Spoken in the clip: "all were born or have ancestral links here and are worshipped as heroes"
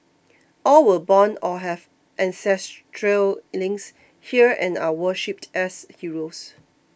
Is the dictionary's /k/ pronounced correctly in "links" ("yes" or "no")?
no